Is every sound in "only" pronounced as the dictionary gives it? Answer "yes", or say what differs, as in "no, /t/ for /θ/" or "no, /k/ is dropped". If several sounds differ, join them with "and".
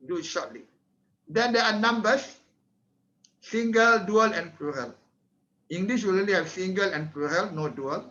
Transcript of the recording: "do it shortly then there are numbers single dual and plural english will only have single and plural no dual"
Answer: no, /n/ is dropped